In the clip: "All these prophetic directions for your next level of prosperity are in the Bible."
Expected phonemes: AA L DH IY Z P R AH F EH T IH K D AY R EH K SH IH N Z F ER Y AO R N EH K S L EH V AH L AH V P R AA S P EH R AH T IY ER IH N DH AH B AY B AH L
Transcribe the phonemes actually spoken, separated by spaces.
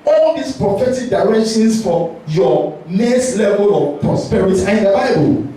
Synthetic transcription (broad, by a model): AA L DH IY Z P R AH F EH T IH K D AY R EH K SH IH N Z F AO Y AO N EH S L EH V AH L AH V P R AA S P EH R AH T IY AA IH N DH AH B AY B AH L